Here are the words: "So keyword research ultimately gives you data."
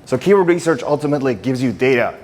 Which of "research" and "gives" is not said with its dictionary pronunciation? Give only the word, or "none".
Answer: none